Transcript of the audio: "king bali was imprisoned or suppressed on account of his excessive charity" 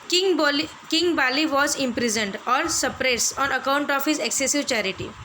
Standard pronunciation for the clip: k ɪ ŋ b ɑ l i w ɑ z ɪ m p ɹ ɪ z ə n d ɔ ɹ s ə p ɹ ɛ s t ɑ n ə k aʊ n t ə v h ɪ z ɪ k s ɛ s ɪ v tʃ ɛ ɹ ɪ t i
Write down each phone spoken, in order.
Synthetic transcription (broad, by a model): k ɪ ŋ b ɑ l i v ɑ z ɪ m p ɹ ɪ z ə n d ɔ ɹ s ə p ɹ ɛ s ɑ n ə k aʊ n t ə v h ɪ z ɪ k s ɛ s ɪ v tʃ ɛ ɹ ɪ t i